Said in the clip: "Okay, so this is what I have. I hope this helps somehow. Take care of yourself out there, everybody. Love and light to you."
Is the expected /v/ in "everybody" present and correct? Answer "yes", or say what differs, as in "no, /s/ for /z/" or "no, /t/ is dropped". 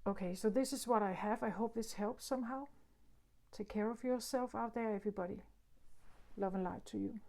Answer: yes